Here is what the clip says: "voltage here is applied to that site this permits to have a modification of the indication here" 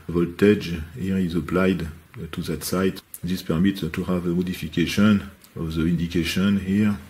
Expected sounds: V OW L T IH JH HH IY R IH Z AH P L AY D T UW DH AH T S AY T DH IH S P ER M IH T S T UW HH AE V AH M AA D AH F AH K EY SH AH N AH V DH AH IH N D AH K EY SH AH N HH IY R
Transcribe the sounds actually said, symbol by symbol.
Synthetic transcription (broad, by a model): V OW L T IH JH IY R IH Z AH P L AY D T UW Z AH T S AY T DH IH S P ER M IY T T UW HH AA V AH M AA D AH F AH K EY SH AH N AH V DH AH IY N D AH K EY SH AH N HH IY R